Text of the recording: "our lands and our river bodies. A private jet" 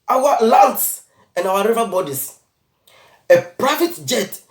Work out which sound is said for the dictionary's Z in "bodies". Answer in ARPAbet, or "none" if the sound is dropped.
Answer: S